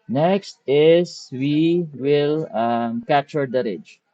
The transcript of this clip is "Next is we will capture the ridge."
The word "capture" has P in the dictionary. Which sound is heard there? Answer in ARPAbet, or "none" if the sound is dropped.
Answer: none